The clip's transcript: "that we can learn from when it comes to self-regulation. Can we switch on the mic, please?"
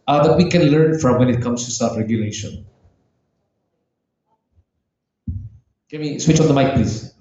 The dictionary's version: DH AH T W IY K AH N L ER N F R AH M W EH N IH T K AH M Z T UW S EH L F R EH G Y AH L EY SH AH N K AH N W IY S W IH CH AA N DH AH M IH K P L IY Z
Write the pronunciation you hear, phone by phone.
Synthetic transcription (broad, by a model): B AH T W IY K AH N L ER N F R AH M W EH N IH T K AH M S T UW S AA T R EH G Y AH L EY SH AH N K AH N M IY S W IH CH AA N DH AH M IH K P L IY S